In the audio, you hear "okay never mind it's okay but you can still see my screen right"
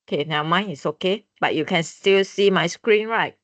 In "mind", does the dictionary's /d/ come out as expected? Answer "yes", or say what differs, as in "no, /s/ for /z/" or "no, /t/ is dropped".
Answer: no, /d/ is dropped